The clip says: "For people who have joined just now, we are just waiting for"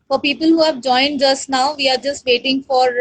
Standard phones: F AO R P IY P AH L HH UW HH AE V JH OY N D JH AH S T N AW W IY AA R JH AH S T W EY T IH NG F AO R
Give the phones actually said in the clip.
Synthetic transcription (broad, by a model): F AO R P IY P AH L HH UW HH AE V JH OY N D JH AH S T N AW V IY AA R JH AH S T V EY T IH NG F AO R